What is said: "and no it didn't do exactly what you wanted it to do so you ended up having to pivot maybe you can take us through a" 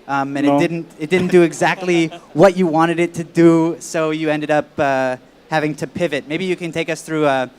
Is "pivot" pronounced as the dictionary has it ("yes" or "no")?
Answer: yes